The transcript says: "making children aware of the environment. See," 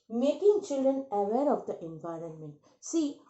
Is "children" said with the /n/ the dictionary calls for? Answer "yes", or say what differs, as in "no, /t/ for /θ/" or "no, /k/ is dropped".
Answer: yes